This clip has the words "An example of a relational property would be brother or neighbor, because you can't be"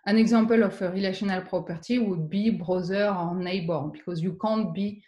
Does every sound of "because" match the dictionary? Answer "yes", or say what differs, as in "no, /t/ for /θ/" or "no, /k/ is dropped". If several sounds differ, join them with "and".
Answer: yes